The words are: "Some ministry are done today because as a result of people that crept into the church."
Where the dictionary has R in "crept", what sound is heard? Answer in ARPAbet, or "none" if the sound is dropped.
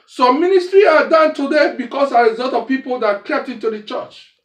none